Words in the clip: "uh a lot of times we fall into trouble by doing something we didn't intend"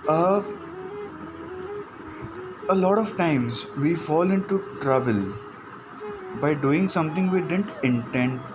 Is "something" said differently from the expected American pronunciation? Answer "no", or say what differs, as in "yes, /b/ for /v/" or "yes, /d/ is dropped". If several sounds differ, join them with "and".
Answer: yes, /t/ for /θ/